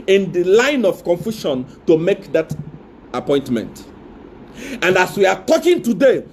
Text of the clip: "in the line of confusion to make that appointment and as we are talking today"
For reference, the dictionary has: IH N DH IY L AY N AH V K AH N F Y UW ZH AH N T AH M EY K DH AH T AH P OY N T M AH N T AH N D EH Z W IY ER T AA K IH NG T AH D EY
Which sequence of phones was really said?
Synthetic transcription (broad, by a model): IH N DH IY L AY N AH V K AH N F Y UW SH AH N T AH M EY K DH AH T AH P OY N T M AH N T AH N D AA S W IY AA T AA K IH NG T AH D EY